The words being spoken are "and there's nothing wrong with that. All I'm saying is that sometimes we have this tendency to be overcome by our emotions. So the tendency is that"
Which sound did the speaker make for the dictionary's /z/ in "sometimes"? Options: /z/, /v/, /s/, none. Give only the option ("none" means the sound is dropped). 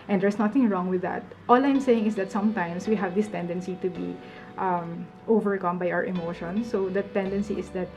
/s/